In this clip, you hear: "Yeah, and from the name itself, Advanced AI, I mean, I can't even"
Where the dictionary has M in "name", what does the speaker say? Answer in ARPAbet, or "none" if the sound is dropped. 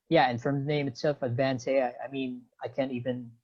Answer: M